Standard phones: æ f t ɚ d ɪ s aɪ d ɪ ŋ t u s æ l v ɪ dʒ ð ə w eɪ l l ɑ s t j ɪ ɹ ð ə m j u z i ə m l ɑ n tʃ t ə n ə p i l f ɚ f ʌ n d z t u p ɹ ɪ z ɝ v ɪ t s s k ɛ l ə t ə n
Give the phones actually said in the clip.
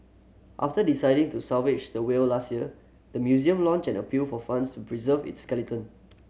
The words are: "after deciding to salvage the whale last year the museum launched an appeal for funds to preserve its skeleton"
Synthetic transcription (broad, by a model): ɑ f t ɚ d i s aɪ d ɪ ŋ t u s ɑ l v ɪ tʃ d ə w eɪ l l ɑ s t j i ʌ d ə m j u z i ə m l ɑ n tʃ ə n ə p i l f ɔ f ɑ n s t u p ɹ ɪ z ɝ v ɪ t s s k ɛ l ə t ə n